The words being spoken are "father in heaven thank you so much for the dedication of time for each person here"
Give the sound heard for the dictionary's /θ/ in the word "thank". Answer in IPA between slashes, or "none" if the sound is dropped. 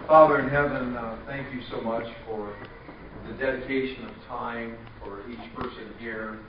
/θ/